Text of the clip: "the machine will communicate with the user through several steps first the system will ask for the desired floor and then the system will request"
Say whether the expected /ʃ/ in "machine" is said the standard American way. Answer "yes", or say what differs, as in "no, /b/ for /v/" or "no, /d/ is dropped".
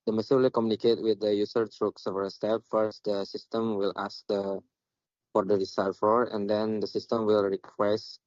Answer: no, /s/ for /ʃ/